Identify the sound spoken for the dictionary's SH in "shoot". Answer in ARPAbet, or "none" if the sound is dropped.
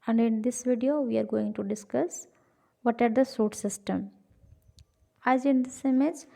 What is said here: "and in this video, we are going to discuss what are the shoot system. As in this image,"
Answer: S